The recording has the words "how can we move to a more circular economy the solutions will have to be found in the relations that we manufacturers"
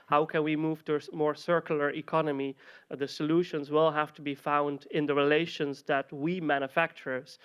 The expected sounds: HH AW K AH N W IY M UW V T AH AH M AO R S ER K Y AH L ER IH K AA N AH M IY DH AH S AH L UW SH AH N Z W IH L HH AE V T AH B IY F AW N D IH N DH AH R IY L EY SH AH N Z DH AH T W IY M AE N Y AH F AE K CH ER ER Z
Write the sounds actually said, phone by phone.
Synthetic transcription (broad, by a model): HH AW K AH N W IY M UW V T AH AH M AO R S ER K Y L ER IH K AA N AH M IY DH AH S AH L UW SH AH N Z W IH L HH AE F T AH B IY F AW N D IH N DH AH R IY L EY SH AH N Z DH AH T W IY M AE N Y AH F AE K CH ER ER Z